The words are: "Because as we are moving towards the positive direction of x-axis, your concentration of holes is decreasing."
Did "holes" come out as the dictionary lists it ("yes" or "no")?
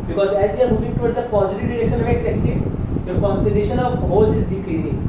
no